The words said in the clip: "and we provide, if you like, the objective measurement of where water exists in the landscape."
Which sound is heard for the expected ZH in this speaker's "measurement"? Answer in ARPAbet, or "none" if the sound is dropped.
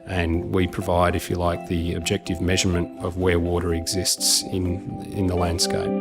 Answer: ZH